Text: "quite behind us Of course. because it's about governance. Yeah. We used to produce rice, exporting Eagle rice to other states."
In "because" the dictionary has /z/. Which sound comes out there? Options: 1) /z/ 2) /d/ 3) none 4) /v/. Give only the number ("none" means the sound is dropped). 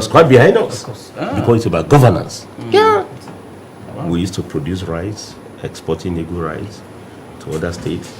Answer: 3